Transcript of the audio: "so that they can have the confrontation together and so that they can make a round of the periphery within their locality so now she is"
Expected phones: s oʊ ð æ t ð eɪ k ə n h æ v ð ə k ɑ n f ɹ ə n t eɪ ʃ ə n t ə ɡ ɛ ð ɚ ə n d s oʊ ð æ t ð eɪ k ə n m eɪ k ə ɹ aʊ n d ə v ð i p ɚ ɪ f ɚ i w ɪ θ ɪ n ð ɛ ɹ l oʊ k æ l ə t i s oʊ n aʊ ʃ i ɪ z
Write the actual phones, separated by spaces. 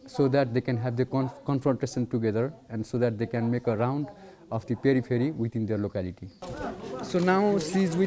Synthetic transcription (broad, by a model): s oʊ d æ t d eɪ k ə n h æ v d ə k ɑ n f ɹ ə n t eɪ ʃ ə n t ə ɡ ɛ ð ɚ ə n d s oʊ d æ t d eɪ k ə n m eɪ k ə ɹ aʊ n d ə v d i p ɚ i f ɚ i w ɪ t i n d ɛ ɹ l oʊ k æ l ə t i s oʊ n aʊ s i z